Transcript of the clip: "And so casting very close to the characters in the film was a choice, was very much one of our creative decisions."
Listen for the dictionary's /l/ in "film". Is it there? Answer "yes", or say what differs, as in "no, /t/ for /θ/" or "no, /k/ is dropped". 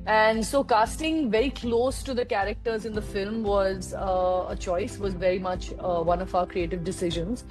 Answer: yes